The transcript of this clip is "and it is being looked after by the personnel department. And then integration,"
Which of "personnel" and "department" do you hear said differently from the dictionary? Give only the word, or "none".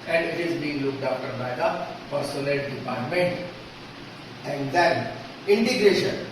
personnel